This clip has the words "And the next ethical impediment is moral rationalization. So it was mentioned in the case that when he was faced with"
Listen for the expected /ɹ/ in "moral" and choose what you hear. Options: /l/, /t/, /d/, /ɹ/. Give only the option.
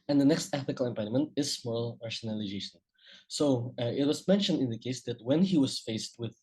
/l/